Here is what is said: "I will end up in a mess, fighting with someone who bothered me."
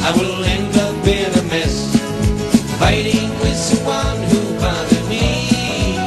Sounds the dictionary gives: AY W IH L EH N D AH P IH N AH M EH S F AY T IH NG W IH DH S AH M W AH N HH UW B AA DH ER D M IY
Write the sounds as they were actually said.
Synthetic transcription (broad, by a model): AY W IH L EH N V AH B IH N AH M EH S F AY T IH NG W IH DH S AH W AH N HH UW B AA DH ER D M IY